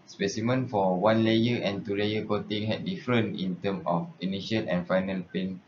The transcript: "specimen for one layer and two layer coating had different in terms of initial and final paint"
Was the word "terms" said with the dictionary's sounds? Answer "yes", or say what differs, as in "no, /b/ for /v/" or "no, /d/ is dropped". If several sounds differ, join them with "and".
no, /z/ is dropped